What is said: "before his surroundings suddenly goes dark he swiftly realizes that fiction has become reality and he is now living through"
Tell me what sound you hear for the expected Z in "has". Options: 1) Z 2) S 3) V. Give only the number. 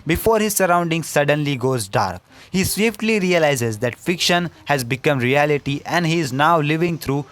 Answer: 1